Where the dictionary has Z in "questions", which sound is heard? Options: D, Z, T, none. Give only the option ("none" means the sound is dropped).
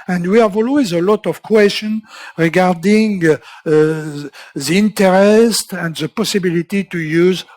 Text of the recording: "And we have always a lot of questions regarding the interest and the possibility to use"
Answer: none